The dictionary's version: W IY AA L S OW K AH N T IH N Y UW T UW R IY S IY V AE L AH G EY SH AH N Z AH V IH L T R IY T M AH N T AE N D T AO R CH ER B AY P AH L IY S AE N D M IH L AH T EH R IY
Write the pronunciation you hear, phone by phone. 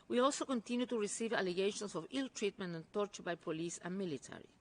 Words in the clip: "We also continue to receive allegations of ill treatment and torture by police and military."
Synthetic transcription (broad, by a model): W IY AA L S OW K AH N T IH N Y UW T UW R IY S IY V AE L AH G EY SH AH N S AH V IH L T R IY T M AH N T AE N T AO R CH ER B AY P AH L IY S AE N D M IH L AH T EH R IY